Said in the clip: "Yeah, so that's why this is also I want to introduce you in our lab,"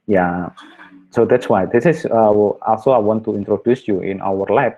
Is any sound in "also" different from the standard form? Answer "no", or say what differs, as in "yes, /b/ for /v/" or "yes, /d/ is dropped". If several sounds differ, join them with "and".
no